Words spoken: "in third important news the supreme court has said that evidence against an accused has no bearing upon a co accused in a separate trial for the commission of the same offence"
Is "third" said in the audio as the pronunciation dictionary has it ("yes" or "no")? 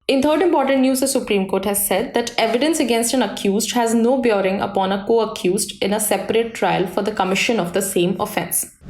no